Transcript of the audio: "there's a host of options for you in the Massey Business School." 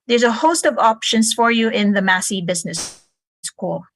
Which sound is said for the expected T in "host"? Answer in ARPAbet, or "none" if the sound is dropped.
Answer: T